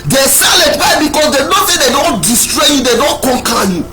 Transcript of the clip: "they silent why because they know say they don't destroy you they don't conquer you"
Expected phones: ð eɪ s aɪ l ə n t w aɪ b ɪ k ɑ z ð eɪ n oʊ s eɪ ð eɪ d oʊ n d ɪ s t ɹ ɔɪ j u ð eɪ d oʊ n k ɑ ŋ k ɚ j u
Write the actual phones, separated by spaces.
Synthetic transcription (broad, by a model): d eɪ s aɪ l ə t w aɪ b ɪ k ɑ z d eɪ n oʊ θ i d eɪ d oʊ n d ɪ s t ɹ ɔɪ j u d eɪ d oʊ n k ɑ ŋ k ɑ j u